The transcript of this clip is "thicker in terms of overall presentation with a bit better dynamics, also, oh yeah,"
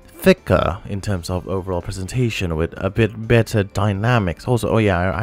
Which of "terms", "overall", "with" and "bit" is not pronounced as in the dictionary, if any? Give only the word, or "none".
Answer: none